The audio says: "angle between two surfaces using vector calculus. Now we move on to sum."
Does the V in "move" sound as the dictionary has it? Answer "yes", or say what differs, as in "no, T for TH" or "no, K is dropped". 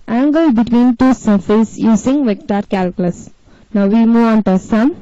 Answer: no, V is dropped